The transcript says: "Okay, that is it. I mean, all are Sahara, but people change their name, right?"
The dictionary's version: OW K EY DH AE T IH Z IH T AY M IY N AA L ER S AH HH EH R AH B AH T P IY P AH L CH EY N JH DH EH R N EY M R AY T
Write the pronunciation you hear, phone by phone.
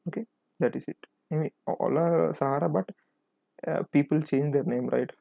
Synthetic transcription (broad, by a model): OW K EY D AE T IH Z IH T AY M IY AA L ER S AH HH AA R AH B AH T P IY P AH L CH EY N JH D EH R N EY M R AY T